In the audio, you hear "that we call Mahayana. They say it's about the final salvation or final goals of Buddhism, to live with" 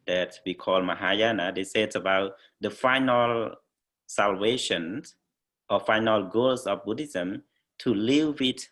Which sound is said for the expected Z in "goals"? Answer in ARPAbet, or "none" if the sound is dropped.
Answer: S